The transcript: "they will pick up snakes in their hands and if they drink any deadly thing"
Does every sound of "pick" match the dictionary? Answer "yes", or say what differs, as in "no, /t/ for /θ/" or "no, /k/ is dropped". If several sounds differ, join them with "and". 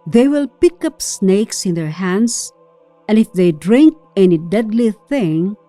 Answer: yes